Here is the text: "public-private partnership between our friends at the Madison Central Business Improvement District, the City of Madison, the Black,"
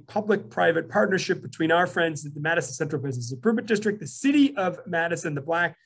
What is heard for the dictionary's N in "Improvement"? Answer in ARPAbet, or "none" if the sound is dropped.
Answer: none